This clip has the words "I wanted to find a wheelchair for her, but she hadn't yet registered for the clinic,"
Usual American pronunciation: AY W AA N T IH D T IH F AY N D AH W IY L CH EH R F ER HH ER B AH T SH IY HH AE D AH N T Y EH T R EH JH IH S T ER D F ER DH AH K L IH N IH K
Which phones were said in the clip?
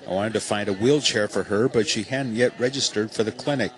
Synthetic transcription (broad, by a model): AY W AA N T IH D T IH F AY N D AH W IY L CH EH R F ER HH ER B AH T SH IY HH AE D N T Y EH T R EH JH IH S T ER D F ER DH AH K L IH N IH K